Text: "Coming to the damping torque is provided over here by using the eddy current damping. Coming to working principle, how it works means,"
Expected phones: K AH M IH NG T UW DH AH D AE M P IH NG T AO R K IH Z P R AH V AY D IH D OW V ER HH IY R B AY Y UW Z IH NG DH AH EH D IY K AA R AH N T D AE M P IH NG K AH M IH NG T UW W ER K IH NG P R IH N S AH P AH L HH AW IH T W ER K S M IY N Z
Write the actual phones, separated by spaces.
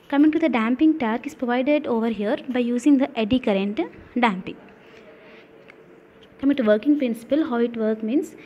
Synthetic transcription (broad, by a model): K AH M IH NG T UW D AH D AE M P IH NG T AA R K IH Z P R AH V AY D IH D OW V ER HH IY R B AY Y UW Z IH NG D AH EH D IY K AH R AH N T D AE M P IH NG K AH M IH NG T UW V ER K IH NG P R IH N S AH P AH L HH AW IH T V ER K M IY N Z